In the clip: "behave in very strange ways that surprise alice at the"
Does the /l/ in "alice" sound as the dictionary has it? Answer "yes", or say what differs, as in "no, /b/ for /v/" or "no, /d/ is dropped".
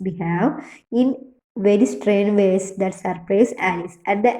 no, /l/ is dropped